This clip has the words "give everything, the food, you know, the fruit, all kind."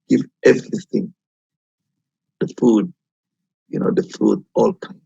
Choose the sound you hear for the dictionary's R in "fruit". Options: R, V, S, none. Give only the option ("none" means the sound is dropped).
none